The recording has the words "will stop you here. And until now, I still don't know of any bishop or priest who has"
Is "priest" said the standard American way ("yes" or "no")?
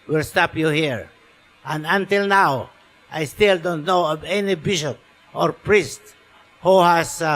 yes